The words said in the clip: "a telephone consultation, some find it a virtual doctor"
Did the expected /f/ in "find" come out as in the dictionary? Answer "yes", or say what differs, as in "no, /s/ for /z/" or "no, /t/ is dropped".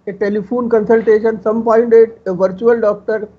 no, /p/ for /f/